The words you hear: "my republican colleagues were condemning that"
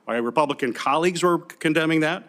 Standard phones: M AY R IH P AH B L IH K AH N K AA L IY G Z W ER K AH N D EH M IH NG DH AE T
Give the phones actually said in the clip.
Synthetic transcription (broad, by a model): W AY R IH P AH B L IH K AH N K AA L IY G Z W ER K AH N D EH M IH NG DH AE T